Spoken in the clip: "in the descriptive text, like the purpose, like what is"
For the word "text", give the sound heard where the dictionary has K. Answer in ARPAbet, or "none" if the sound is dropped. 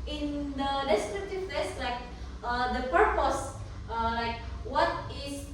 none